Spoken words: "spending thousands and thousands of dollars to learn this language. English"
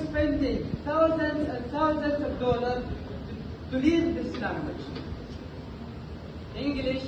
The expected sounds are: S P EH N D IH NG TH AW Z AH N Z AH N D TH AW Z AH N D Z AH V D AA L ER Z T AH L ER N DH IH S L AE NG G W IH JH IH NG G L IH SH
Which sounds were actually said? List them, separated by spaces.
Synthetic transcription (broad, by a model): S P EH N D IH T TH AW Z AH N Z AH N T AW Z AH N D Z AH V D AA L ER T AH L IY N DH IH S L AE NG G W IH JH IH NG G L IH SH